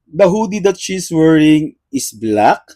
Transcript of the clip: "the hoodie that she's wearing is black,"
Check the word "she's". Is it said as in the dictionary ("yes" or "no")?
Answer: no